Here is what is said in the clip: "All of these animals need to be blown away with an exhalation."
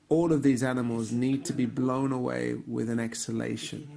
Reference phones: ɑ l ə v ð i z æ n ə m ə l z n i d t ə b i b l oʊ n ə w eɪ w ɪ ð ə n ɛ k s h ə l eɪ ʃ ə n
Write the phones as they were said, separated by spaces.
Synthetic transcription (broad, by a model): ɑ l ə v ð i z æ n ə m ə l z n i d t ə b i b l oʊ n ə w eɪ w ɪ ð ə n ɛ k s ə l eɪ ʃ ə n